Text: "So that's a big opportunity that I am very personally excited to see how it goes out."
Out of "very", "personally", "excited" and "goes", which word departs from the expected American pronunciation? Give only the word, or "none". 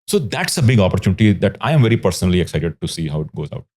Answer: none